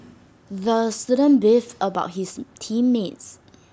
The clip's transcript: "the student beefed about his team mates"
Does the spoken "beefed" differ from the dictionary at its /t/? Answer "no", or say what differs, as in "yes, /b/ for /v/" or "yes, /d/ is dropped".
yes, /t/ is dropped